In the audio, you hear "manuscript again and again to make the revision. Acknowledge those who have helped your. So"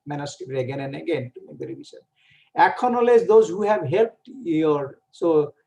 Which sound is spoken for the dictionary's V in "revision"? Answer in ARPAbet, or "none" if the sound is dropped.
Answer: B